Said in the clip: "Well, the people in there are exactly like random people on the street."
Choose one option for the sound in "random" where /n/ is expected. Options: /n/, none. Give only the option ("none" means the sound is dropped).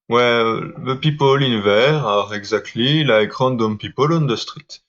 none